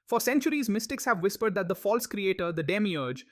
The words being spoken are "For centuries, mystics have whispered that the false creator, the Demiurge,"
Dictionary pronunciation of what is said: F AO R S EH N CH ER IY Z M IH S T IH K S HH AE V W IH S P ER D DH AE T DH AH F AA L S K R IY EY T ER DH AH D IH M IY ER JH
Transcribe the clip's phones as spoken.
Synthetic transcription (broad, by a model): F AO R S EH N CH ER IY Z M IH S T IH K S HH AE V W IH S P ER D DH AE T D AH F AA L S K R IY EY T ER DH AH D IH M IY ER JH